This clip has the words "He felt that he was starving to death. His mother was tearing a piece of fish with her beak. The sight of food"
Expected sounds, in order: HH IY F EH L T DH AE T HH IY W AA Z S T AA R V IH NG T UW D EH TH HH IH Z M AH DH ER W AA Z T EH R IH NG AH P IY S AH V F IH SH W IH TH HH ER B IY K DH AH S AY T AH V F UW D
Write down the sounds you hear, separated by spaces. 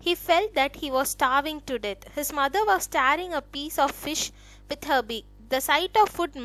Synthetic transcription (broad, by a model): HH IY F EH L T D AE T HH IY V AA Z S T AA R V IH NG T UW D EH T HH IH Z M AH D ER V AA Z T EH R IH NG AH P IY S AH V F IH SH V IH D HH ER B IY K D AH S AY T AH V F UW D